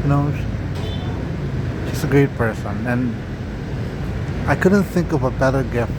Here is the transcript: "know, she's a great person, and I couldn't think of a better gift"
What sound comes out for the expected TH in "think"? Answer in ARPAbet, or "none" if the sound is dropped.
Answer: TH